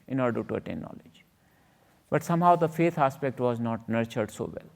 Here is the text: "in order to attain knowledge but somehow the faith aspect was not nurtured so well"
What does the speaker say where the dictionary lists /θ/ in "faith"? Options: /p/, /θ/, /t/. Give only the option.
/t/